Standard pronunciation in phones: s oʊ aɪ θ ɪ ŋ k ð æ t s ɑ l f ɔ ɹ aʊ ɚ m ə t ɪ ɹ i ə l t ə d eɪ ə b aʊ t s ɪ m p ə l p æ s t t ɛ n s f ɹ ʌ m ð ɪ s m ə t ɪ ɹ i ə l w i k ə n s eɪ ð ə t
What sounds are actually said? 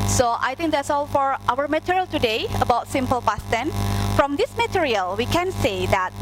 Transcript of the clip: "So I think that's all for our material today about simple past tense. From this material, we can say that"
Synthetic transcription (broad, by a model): s oʊ aɪ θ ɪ ŋ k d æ t s ɑ l f ɔ ɹ aʊ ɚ m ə t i ɹ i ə l t ə d eɪ ə b aʊ t s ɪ m p ə l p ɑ s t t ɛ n f ɹ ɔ m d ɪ s m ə t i ɹ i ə l w i k ə n s eɪ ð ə t